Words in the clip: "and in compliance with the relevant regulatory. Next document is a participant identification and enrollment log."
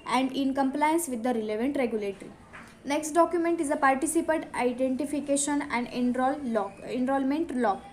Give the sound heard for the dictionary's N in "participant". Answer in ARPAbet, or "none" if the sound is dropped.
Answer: none